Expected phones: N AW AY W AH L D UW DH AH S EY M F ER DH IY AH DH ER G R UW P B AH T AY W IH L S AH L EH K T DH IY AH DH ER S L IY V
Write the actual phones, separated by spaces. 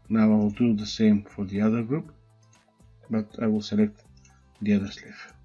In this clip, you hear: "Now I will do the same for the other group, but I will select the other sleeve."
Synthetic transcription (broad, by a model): N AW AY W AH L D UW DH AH S EY M F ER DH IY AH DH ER G R UW P B AH T AY W IH L S AH L EH K T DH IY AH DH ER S L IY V